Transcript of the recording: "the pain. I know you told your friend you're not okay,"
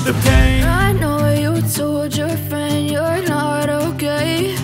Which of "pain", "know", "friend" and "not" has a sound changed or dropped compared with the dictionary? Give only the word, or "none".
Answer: pain